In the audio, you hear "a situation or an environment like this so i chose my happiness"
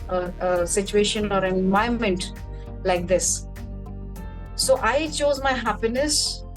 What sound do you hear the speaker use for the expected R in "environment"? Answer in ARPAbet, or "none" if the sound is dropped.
none